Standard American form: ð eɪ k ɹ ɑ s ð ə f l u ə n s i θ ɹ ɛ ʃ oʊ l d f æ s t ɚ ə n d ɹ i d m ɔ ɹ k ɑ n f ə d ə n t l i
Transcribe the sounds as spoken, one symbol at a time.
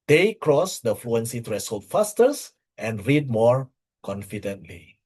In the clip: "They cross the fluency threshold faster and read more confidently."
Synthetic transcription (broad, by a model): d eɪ k ɹ ɑ s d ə f l u ə n s i t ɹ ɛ s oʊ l f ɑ s t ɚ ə n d ɹ i d m ɔ ɹ k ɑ n f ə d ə n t l i